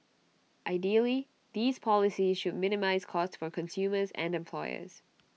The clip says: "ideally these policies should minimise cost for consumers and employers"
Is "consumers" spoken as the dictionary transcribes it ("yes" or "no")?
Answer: yes